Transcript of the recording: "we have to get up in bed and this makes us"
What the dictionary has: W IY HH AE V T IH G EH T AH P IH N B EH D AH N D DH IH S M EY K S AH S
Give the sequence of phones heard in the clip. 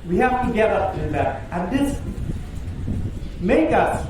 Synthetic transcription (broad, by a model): W IY HH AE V T IH G EH T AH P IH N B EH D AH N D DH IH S M EY K AH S